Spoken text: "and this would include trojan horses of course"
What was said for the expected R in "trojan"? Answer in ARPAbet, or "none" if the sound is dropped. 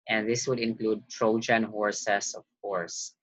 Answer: R